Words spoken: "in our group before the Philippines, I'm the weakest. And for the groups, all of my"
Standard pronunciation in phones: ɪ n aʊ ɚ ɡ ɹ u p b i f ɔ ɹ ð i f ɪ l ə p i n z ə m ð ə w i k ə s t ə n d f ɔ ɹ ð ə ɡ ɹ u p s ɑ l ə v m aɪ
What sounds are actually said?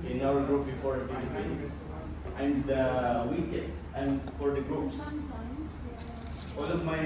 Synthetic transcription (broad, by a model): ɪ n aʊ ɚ ɡ ɹ u p b i f ɔ ɹ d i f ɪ n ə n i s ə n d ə w i k ə s t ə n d f ɔ ɹ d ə ɡ ɹ u p s ɑ l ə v m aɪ